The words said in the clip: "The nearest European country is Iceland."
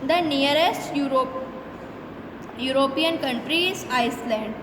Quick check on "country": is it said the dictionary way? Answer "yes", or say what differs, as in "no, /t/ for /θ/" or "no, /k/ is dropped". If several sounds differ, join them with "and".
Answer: yes